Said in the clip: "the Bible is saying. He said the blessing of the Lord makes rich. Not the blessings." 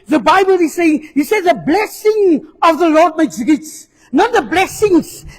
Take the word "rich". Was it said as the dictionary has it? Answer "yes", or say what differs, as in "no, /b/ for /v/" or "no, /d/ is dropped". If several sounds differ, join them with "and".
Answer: no, /s/ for /tʃ/